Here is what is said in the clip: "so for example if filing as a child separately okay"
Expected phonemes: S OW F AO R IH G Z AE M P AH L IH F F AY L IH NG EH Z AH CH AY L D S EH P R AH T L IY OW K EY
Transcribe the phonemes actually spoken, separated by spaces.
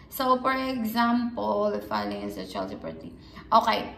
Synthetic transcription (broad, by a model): S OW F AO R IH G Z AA M P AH L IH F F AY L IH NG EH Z AH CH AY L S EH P AH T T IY OW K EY